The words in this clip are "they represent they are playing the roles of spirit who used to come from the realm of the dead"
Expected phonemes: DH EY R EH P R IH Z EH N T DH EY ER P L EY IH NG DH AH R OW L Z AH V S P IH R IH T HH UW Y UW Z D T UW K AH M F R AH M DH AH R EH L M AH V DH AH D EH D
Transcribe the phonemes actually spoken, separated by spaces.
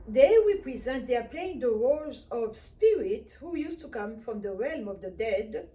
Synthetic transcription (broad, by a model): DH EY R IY P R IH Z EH N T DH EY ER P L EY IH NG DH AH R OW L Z AH V S P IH R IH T HH UW Y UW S T UW K AH M F R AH M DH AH R EH L M AH V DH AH D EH D